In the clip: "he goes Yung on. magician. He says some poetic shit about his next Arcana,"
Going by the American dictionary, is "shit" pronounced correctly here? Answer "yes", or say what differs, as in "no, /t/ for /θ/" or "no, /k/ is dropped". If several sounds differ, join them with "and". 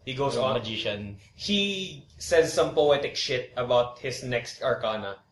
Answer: yes